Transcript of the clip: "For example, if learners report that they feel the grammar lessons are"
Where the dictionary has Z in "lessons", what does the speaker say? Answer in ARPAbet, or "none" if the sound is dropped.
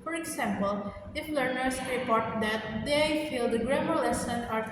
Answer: none